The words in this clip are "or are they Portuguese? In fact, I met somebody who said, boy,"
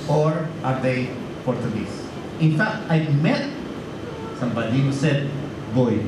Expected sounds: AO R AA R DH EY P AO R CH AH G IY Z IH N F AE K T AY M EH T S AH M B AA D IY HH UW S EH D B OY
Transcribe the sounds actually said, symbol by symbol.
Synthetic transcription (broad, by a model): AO R AA R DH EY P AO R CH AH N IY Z IH N F AE K T AY M EH T S AH M B AA D IY HH UW S EH D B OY